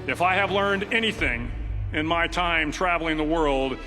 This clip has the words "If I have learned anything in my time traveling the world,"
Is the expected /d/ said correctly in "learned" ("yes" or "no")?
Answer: yes